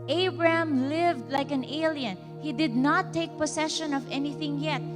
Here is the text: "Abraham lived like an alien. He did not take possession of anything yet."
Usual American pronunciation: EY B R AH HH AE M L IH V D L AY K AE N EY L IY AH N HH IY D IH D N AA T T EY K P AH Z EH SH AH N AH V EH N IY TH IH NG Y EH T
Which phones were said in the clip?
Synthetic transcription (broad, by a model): EY B R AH HH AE M L IH V D L AY K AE N EY L IY AH N HH IY D IH D N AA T T EY K P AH S EH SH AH N AH V EH N IY TH IH NG Y EH T